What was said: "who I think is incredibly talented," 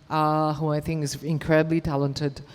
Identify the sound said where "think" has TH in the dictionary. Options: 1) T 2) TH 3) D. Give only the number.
2